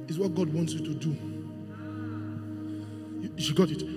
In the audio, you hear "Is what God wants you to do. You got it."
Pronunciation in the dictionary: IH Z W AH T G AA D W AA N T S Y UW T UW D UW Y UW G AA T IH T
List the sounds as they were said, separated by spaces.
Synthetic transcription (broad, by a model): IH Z W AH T G AA D W AA N T S Y UW T UW D UW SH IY G AA T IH T